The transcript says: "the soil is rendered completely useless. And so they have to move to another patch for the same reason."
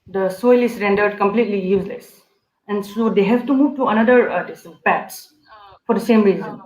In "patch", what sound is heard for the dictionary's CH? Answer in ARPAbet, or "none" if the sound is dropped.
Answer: S